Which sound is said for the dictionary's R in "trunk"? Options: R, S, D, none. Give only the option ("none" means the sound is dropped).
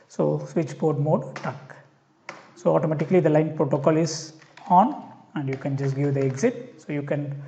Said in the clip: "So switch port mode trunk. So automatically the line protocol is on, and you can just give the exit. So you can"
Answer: none